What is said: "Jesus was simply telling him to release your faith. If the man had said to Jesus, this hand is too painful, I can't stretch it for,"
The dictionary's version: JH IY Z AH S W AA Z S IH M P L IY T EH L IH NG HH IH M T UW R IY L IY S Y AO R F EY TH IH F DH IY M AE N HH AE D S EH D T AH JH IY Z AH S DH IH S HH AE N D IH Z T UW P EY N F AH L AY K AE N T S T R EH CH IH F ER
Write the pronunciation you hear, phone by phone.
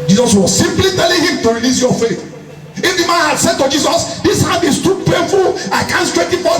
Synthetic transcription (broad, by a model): JH IY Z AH S W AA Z S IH M P L IY T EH L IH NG HH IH M T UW R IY L IY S Y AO F EY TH IH F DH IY M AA N HH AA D S EH D T AH JH IY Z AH S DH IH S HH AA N IH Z T UW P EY F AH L AY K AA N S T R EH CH IH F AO